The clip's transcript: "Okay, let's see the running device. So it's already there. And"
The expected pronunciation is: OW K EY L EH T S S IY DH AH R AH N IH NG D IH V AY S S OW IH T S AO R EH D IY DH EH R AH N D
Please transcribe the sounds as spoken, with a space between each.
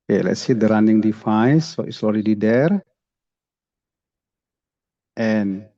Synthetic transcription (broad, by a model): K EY L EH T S S IY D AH R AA N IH NG D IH F AY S S OW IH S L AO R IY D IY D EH R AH N